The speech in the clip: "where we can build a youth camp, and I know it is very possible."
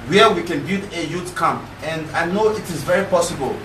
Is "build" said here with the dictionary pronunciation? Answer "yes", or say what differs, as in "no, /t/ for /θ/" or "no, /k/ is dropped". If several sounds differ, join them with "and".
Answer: no, /l/ is dropped